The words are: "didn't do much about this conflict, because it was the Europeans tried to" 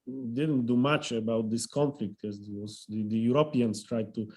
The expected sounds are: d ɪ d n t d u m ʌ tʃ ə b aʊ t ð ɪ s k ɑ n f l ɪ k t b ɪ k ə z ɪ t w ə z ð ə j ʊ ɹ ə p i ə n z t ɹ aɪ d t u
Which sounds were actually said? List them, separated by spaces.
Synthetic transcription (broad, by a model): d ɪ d n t d u m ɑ tʃ ə b aʊ t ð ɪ s k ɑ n f l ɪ k t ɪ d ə ɪ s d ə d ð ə j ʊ ɹ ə p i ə n s t ɹ aɪ d t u